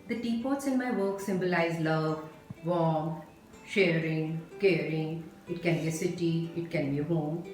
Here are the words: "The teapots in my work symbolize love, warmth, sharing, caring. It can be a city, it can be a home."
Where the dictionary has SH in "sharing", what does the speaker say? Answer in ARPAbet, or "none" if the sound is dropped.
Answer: SH